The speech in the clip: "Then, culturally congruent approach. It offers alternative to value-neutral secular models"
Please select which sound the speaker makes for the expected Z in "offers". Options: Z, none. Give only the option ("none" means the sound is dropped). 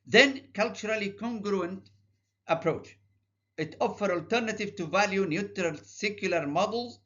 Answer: none